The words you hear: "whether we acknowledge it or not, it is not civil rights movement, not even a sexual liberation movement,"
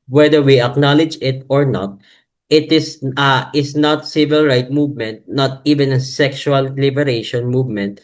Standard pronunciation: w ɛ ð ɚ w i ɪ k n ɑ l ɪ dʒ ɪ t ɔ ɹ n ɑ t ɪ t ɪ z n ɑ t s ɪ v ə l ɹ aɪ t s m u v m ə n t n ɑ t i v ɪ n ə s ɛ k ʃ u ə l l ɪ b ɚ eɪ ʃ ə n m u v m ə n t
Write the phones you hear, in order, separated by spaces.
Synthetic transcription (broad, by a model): w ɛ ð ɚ w i ɪ k n ɑ l ɪ dʒ ɪ t ɔ ɹ n ɑ t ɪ t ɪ s n ɑ t s ɪ v ə l ɹ aɪ t m u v m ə n t n ɑ t i v ɪ n ə s ɛ k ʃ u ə l l ɪ b ɚ eɪ ʃ ə n m u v m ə n t